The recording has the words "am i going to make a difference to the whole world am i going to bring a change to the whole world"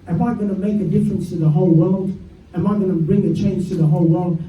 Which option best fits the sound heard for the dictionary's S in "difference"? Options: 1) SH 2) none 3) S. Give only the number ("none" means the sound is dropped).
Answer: 3